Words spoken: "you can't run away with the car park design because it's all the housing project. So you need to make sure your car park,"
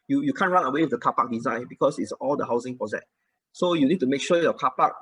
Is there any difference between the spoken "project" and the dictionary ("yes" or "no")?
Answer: yes